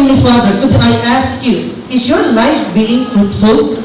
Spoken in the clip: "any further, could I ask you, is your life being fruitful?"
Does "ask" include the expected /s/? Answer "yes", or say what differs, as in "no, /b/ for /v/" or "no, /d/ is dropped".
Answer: yes